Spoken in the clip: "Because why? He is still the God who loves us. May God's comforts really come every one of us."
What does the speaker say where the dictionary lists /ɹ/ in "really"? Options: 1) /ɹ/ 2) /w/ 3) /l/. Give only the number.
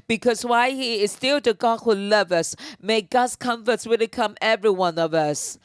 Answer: 2